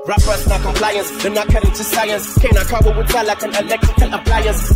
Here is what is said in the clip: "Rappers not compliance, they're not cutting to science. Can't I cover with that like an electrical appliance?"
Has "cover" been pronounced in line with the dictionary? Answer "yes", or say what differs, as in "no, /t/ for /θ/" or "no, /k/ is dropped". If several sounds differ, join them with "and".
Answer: no, /b/ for /v/